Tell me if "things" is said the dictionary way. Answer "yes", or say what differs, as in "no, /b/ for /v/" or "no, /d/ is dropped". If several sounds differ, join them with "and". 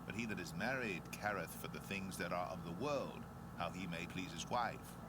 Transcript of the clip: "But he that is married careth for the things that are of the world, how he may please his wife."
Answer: yes